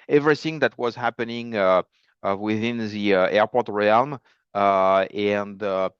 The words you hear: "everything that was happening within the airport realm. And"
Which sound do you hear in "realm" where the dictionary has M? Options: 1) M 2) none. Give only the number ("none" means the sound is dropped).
1